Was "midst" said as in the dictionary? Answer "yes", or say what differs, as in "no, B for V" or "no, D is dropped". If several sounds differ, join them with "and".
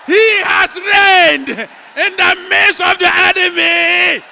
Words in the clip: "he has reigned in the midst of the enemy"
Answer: no, T is dropped